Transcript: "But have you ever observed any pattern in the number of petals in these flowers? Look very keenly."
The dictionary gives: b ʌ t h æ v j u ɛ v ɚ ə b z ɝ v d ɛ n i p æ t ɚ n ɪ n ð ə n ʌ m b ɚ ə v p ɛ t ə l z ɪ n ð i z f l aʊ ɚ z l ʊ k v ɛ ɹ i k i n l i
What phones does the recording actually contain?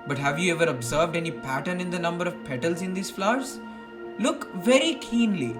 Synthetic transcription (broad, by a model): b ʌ t h æ v j u ɛ v ɚ ə b z ɝ v d ɛ n i p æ t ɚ n ɪ n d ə n ʌ m b ɚ ə v p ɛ t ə l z ɪ n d i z f l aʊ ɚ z l ʊ k v ɛ ɹ i k i n l i